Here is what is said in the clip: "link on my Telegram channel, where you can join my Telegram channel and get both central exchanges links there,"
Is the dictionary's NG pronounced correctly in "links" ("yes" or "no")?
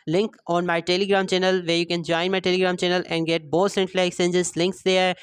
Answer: yes